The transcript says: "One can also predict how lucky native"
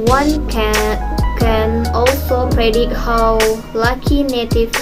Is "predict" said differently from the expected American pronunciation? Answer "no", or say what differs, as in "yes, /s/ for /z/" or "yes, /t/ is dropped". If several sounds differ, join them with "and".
yes, /k/ is dropped